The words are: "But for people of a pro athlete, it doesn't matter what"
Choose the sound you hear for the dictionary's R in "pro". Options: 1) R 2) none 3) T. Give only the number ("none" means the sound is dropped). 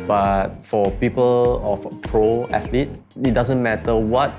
1